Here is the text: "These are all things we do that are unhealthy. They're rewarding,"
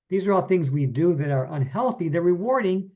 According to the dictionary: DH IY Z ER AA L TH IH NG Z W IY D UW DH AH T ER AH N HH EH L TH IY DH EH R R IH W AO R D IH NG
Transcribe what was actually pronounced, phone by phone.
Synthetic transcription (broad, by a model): DH IY Z ER AA L TH IH NG Z W IY D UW DH AH T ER AH N HH EH L TH IY DH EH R R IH W AO R D IH NG